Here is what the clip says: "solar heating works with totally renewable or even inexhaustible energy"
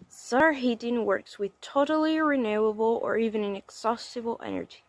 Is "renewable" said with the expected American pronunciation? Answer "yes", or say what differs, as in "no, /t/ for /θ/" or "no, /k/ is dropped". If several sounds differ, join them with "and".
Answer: yes